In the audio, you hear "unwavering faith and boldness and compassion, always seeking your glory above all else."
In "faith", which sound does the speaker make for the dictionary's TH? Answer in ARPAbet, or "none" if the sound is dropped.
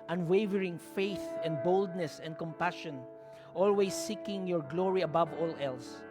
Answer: TH